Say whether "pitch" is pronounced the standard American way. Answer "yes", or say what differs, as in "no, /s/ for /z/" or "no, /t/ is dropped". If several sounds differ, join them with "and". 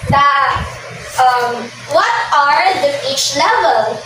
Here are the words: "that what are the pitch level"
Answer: no, /f/ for /p/